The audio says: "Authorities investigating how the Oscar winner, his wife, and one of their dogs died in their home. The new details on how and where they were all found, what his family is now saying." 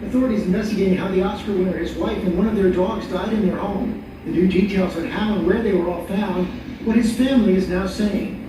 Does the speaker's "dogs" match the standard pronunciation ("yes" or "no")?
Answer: yes